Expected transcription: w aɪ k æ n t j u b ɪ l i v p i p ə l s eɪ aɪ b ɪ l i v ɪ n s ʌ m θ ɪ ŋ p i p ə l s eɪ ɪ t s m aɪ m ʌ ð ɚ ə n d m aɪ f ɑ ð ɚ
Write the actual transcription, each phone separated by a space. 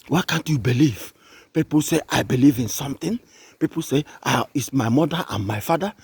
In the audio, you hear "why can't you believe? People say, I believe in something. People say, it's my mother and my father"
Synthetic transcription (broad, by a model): w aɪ k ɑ n t j u b ɪ l i v p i p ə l s eɪ aɪ b ɪ l i v ɪ n s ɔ m t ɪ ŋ p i p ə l s eɪ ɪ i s m aɪ m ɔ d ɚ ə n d m aɪ f ɑ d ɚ